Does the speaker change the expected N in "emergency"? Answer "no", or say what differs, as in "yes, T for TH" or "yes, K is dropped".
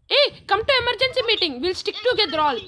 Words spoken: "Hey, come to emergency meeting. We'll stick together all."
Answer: no